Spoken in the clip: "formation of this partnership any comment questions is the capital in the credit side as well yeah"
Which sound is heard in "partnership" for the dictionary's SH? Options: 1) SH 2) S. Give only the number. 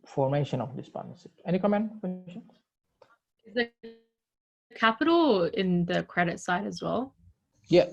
2